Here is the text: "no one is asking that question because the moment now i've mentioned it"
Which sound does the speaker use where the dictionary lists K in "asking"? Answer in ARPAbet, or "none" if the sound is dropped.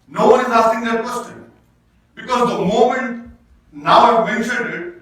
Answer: none